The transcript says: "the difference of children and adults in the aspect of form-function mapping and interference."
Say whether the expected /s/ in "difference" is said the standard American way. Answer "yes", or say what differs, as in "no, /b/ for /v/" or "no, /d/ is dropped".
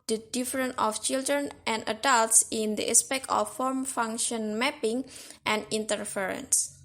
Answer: no, /s/ is dropped